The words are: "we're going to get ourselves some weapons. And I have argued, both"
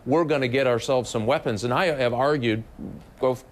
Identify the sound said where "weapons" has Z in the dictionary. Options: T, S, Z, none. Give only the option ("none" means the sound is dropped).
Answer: Z